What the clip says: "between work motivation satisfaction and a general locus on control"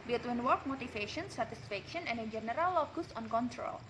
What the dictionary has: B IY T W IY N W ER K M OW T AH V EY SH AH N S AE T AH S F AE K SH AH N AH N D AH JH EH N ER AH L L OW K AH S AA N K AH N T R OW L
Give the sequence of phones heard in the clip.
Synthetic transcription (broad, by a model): B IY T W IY N W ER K M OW T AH F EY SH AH N S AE T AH S F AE K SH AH N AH N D AH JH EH N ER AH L L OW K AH S AA N K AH N T R OW L